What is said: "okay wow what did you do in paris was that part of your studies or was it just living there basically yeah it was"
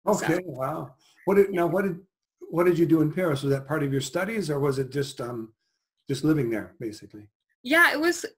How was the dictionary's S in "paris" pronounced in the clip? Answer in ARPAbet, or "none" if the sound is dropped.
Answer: S